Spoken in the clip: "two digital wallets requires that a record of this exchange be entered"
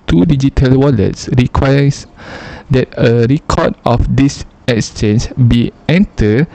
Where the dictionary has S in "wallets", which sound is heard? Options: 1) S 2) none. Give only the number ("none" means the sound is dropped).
1